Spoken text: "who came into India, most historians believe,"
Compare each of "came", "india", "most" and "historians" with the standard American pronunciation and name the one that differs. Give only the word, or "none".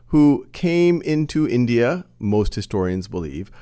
none